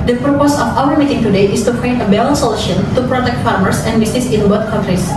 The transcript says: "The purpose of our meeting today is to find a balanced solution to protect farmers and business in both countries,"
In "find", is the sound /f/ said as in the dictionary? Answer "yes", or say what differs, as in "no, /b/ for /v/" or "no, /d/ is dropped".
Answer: no, /p/ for /f/